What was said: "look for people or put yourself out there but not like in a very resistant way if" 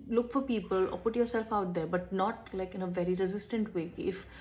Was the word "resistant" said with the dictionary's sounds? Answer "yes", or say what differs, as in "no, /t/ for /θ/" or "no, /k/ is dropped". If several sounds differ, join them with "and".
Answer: yes